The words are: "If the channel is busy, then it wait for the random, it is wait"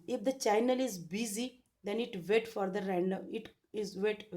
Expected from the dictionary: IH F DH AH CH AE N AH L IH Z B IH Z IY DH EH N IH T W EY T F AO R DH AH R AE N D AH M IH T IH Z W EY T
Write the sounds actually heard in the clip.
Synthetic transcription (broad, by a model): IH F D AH CH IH N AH L IH Z B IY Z IY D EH N IH T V EY T F AO R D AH R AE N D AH IH T IH Z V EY T